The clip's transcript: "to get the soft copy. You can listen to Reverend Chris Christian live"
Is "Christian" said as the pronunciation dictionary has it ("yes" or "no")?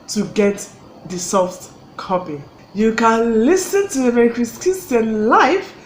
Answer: no